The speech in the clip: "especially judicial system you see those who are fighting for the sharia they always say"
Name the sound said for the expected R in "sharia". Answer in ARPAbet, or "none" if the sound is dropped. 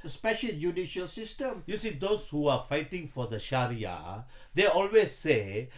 R